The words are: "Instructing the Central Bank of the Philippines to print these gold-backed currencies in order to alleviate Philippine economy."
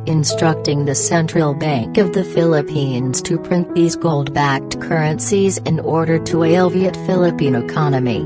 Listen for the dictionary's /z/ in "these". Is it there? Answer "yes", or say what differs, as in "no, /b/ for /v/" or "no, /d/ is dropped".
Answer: yes